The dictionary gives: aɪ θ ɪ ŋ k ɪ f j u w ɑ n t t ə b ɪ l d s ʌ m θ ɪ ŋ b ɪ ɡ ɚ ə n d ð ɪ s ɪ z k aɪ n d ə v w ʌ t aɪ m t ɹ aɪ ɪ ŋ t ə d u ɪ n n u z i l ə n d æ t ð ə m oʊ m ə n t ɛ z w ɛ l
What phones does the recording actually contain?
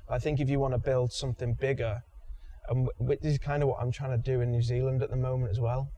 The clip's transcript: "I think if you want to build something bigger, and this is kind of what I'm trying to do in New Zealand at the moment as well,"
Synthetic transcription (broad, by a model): aɪ θ ɪ ŋ k ɪ f j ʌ w ɑ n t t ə b ɪ l d s ʌ m θ ɪ ŋ b ɪ ɡ ɚ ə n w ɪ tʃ ɪ z k aɪ n d ə v w ʌ t aɪ m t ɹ aɪ ɪ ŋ t ə d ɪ ɪ n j u z i l ə n d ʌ t ð ə m oʊ m ə n t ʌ z w ɛ l